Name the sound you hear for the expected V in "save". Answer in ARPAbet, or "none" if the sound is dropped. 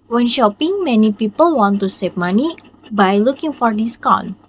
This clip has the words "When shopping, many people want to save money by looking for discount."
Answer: P